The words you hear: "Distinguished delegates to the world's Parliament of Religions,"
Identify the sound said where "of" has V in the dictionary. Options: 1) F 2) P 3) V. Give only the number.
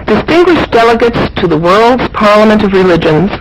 3